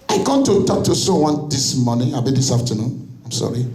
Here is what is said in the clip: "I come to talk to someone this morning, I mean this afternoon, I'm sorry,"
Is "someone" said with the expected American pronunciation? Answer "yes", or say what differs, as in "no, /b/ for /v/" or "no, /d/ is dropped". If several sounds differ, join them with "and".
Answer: no, /m/ is dropped